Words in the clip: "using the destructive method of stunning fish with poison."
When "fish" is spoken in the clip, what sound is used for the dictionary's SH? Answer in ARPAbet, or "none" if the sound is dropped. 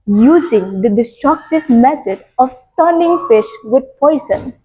SH